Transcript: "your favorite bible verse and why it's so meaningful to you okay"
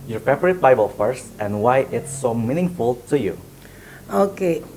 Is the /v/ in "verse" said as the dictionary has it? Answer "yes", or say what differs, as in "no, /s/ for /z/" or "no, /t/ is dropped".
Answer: no, /f/ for /v/